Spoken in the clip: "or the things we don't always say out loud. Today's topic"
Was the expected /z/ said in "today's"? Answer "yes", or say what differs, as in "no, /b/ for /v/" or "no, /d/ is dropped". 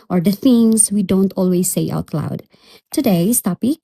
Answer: no, /s/ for /z/